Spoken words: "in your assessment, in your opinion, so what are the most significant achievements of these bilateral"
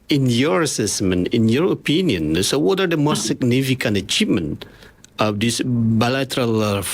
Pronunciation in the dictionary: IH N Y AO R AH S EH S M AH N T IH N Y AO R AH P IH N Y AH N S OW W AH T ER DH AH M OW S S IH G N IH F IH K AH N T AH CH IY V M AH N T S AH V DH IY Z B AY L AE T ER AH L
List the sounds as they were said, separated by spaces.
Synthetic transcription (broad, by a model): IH N Y AO R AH S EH S M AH N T IH N Y AO R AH P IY N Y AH N S OW W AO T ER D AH M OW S S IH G N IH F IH K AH N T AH CH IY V M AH N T AH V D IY S B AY L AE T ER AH L